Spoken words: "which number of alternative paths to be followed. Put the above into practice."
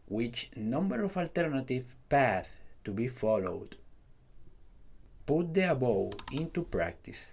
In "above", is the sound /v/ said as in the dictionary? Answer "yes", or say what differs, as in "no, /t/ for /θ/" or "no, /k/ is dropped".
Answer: no, /w/ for /v/